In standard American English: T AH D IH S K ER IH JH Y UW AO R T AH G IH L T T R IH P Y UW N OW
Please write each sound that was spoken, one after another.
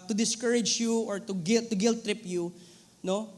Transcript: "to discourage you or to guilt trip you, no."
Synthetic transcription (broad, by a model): T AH D IH S K ER IH JH Y UW AO R T AH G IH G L T R IH P Y UW N OW